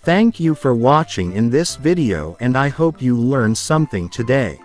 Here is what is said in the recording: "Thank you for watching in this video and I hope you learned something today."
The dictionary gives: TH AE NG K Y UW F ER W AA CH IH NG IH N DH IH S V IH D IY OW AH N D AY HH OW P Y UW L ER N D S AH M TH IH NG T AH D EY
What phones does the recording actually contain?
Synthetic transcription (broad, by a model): TH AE NG K Y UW F ER W AA CH IH NG IH N DH IH S V IH D IY OW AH N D AY HH OW P Y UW L ER N S AH M TH IH NG T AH D EY